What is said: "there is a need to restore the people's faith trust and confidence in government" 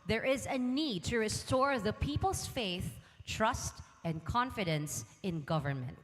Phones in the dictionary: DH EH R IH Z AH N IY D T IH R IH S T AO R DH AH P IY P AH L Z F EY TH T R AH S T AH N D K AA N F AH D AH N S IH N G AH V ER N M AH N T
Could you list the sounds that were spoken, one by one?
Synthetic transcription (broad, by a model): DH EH R IH Z AH N IY D T IH R IH S T AO R DH AH P IY P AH L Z F EY TH T R AH S T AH N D K AA N F AH D AH N S IH N G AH V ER N M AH N T